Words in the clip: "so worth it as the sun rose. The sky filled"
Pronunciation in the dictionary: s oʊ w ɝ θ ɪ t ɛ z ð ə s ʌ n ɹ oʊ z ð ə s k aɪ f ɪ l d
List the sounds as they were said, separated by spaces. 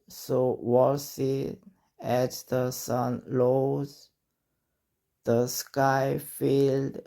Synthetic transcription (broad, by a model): s oʊ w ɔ s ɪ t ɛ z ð ə s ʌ n l oʊ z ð ə s k aɪ f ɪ l d